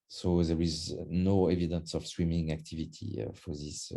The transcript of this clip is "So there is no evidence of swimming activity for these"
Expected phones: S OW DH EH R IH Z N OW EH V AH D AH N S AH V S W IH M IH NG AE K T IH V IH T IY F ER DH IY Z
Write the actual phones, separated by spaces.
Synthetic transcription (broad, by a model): S OW DH EH R IH Z N OW EH V AH D AH N S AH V S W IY M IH NG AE K T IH V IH T IY F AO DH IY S